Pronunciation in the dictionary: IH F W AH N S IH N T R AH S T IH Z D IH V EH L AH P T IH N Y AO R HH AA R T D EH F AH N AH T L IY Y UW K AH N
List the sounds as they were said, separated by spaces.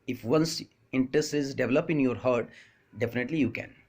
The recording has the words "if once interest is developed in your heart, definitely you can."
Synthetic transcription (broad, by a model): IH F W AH N S IH N T R AH S T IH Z D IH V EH L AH P IH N Y AO R HH AA R T D EH F AH N AH T L IY Y UW K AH N